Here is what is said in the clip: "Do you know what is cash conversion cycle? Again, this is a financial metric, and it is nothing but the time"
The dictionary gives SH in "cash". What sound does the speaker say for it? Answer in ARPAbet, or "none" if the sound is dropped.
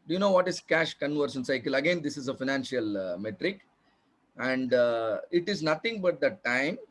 SH